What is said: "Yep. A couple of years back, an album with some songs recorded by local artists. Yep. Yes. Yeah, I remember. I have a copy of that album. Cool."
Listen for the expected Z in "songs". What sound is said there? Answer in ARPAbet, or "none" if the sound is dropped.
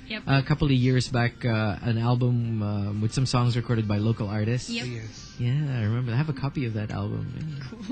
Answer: Z